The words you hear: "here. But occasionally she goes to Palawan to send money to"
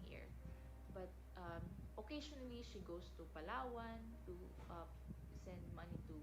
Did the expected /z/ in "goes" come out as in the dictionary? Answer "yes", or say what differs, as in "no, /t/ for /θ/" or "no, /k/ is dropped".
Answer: no, /s/ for /z/